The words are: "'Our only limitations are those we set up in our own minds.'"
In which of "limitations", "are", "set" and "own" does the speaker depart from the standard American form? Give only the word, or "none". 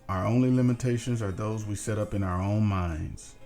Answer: none